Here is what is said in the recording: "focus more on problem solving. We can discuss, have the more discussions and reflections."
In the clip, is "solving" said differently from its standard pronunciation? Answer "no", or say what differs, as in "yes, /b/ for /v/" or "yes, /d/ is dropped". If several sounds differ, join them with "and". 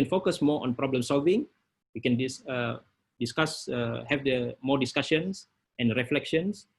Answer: no